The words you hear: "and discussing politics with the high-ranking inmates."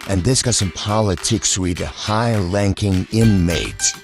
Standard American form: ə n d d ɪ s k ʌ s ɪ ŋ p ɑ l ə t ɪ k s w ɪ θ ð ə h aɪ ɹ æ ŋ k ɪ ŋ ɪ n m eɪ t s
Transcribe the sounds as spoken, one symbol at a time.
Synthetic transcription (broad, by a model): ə n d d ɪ s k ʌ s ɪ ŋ p ɑ l ə t ɪ k s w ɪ ð ə h aɪ l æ ŋ k ɪ ŋ ɪ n m eɪ t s